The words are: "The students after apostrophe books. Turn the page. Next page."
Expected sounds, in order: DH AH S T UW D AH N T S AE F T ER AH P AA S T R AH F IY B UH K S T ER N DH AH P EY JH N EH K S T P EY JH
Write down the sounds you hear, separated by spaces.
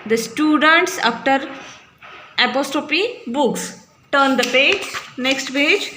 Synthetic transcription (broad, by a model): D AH S T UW D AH N T S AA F T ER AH P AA S T R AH P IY B UH K S T ER N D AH P EY JH N EH K S T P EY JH